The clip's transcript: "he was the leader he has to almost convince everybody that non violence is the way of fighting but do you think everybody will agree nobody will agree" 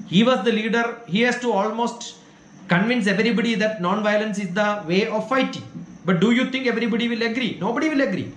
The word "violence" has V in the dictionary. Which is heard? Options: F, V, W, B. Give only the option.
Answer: V